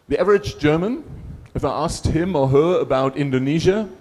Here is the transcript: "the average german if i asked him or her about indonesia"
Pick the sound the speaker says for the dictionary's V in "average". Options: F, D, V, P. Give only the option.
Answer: V